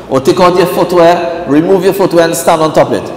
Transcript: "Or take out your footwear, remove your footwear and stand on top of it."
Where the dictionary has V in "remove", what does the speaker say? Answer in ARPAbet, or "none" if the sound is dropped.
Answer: V